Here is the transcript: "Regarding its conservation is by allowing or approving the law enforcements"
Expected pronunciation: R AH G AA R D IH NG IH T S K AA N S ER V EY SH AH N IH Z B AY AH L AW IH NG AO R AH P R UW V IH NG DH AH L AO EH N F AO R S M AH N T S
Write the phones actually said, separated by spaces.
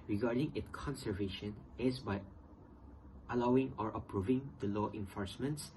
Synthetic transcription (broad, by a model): R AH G AA R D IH NG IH T K AA N S ER V EY SH AH N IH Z B AY AH L AW IH NG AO R AH P R UW V IH NG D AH L AO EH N F AO R S M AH N T S